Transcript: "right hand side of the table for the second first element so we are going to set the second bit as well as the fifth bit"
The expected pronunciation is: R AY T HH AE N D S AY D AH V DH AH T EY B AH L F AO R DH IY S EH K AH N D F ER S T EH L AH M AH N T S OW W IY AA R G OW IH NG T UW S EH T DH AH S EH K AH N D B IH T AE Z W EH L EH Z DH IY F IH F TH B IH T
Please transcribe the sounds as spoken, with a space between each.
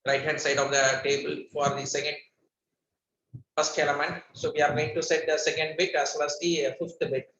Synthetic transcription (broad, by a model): R AY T HH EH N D S AY D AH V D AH T EY B AH L F AO R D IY S EH K AH N D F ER S T EH L AH M AH N T S OW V IY AA R G OW IH NG T UW S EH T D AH S EH K AH N D B IH T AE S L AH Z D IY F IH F T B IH T